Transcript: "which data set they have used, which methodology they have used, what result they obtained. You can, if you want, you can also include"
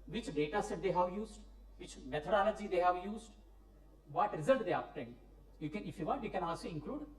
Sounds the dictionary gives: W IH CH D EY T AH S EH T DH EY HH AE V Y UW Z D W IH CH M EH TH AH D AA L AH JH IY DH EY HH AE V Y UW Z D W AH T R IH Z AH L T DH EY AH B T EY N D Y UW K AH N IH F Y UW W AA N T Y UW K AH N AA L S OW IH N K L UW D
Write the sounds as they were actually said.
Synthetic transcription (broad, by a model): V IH CH D EY T AH S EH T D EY HH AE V Y UW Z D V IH CH M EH T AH D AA L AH JH IY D EY HH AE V Y UW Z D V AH T R IH Z AH L T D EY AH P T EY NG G Y UW K AH N IH F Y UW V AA T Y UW K AH N AA L S OW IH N K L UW D